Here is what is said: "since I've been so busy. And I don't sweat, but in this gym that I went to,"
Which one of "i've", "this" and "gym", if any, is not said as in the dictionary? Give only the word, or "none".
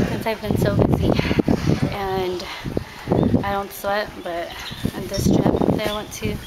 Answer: gym